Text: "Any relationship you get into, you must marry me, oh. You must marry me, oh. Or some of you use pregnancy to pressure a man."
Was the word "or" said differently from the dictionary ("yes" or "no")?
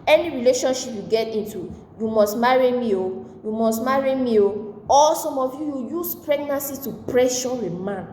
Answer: yes